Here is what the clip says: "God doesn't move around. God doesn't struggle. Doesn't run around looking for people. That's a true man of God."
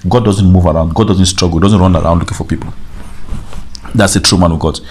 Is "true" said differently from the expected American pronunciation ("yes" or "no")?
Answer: no